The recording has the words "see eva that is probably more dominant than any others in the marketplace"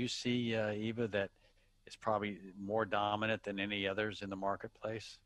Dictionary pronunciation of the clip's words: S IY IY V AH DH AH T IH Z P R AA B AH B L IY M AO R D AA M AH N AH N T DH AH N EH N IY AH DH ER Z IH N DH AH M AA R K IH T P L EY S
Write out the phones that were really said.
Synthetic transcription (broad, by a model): S IY IY V AH DH AH T IH S P R AA B AH B L IY M AO R D AA M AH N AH N DH AH N EH N IY AH DH ER Z IH N DH AH M AA R K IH T P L EY S